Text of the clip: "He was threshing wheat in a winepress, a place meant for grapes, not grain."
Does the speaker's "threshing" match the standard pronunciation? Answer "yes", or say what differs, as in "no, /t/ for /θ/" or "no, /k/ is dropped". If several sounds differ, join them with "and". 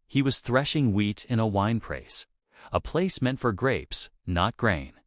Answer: yes